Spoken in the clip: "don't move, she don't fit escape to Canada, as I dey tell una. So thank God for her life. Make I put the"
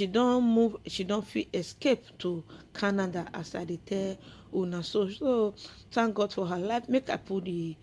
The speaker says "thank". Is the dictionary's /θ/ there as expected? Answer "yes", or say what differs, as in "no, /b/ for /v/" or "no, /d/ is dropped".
no, /s/ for /θ/